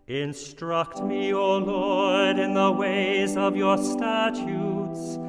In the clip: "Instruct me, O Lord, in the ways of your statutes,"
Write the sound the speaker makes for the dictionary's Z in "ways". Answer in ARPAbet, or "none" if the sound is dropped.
Z